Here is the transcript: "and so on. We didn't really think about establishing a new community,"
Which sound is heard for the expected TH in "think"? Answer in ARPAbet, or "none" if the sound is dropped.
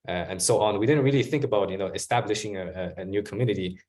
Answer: TH